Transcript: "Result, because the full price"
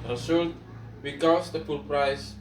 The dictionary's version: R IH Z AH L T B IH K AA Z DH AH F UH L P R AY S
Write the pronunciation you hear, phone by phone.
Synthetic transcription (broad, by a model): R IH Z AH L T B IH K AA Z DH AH P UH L P R AY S